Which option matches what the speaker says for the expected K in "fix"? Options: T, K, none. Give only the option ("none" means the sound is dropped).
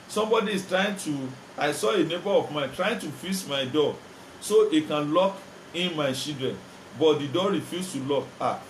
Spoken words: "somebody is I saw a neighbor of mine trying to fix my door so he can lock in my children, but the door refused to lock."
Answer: none